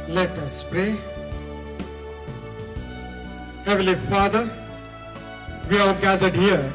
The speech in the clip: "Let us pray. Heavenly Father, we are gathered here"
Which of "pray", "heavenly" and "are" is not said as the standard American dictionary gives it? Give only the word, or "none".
heavenly